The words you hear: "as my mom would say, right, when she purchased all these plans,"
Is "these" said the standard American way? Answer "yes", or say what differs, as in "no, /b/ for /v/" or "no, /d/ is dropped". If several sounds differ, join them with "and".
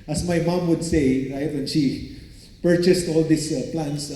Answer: no, /s/ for /z/